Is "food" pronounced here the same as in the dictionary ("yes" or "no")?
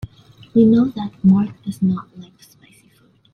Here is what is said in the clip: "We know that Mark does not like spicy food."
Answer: no